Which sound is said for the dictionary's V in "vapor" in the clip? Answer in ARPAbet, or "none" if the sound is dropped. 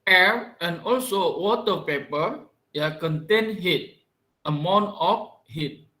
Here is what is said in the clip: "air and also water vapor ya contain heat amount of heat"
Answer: P